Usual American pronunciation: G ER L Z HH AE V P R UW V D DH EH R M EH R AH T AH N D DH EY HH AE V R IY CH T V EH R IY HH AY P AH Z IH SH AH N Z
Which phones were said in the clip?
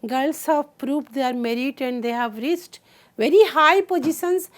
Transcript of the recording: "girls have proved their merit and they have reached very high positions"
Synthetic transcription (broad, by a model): G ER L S HH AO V P R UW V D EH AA R M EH R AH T AH N D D EY HH AE V R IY S T V EH R IY HH AY P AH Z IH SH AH N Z